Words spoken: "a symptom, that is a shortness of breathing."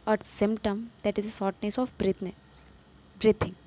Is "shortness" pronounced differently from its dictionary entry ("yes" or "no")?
yes